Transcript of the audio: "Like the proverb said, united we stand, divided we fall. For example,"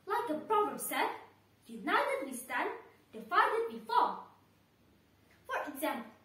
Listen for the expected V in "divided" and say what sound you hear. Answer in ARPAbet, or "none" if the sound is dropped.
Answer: F